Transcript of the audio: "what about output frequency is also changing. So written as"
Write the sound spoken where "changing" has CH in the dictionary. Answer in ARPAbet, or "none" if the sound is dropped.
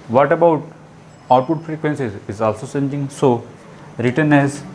S